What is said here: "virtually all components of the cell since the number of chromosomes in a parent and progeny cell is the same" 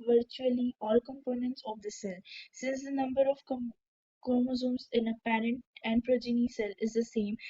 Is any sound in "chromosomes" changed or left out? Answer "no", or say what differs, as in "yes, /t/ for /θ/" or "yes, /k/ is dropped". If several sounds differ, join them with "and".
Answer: yes, /ɹ/ is dropped